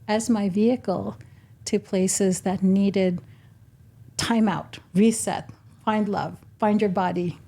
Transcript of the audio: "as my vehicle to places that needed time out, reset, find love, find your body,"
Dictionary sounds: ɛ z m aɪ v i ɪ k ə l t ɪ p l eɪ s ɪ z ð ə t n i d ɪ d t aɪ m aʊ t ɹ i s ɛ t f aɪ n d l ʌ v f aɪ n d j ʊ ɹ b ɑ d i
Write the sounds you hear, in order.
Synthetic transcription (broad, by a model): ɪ z m aɪ v i ɪ k ə l t ɪ p l eɪ s ɪ z ð ə t n i d ɪ d t aɪ m aʊ t ɹ i s ɛ t f aɪ n d l ʌ v f aɪ n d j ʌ ɹ b ɑ d i